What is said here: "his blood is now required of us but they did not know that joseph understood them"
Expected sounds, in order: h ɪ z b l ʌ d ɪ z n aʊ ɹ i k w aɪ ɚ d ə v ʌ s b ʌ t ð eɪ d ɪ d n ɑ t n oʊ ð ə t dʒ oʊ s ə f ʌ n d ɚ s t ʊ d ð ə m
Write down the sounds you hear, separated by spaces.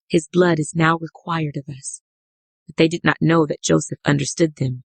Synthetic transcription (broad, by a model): h ɪ z b l ʌ d ɪ z n aʊ ɹ i k w aɪ ɚ d ə v ʌ s b ʌ t ð eɪ d ɪ d n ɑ t n oʊ ð ə t dʒ oʊ s ə f ʌ n d ɚ s t ʊ d ð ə m